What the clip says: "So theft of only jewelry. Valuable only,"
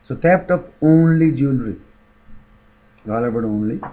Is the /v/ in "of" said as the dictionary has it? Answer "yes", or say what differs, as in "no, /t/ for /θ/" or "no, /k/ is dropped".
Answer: no, /p/ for /v/